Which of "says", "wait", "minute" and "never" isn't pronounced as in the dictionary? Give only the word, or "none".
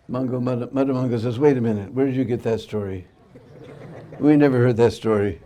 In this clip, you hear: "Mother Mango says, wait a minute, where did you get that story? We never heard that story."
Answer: none